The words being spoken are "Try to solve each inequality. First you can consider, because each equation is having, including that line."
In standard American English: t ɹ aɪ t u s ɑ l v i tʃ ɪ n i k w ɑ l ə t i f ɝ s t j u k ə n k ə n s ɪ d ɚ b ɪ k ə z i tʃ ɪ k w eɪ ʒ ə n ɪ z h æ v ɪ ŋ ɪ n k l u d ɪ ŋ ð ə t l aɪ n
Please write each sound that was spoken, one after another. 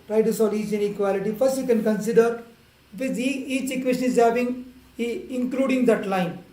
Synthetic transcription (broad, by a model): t ɹ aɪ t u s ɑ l i tʃ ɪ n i k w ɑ l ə t i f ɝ s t j u k ə n k ə n s ɪ d ɚ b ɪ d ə i tʃ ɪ k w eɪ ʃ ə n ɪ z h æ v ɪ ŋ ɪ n k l u d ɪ ŋ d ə t l aɪ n